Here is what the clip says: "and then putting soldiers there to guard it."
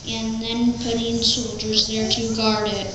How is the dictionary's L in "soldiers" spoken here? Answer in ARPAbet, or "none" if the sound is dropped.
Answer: L